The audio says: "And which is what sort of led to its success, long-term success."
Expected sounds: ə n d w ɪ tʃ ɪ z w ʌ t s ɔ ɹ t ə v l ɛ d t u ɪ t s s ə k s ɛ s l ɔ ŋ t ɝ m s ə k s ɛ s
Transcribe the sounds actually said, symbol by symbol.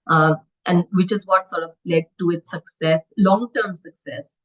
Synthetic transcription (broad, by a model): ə n d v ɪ tʃ ɪ z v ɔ t s ɔ ɹ t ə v l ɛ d t u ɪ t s s ə k s ɛ s l ɔ ŋ t ɝ m s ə k s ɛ s